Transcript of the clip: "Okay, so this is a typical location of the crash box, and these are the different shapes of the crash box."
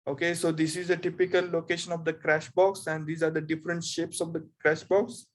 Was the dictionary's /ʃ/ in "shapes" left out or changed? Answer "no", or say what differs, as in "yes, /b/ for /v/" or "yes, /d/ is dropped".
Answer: no